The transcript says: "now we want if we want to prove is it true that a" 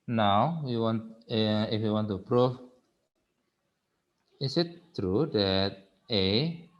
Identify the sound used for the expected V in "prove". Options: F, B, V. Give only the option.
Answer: F